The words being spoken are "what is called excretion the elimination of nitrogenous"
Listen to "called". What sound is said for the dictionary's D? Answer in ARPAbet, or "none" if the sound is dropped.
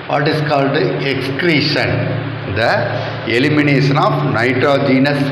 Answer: D